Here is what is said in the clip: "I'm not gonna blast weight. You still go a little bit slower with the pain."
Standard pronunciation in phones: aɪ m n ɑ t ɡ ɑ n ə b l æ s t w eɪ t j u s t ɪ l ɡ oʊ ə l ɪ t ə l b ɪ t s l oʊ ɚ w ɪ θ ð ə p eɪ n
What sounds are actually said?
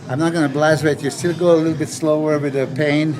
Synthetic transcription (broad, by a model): aɪ m n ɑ t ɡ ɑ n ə b l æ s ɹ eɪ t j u s t ɪ l ɡ oʊ ə l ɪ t l b ɪ t s l oʊ ɚ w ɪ ð ə p eɪ n